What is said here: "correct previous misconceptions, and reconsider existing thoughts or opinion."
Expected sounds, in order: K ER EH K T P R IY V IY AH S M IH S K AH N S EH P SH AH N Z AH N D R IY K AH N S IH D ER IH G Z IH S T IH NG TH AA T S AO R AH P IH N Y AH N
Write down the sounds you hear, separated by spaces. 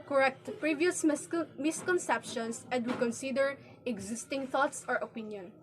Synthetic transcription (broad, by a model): K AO EH K T P R IY V IY AH S M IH S K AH N S EH P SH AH N S AH N D W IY K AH N S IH D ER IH G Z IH S T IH NG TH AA T S AO R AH P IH N Y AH N